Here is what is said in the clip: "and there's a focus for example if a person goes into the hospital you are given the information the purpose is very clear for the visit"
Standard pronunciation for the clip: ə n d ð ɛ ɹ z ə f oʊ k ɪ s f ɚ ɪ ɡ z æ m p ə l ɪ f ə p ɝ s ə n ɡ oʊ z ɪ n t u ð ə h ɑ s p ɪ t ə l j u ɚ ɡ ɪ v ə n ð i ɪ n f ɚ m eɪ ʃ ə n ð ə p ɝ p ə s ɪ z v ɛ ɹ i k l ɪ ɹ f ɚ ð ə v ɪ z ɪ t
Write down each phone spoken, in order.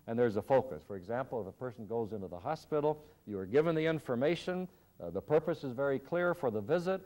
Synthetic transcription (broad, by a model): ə n ð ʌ ɹ z ə f oʊ k ɪ s f ɚ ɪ ɡ z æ m p l ɪ f ə p ɝ s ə n ɡ oʊ z ɪ n t u ð ə h ɑ s p ɪ t l j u ɚ ɡ ɪ v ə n ð i ɪ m f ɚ m eɪ ʃ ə n ð ə p ɝ p ə s ɪ z v ɛ ɹ i k l ɪ ɹ f ɚ ð ə v ɪ z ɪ t